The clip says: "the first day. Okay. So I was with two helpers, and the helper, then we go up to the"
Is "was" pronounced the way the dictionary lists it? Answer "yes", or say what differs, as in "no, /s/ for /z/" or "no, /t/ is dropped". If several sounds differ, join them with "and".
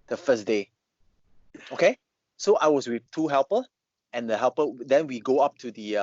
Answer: no, /s/ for /z/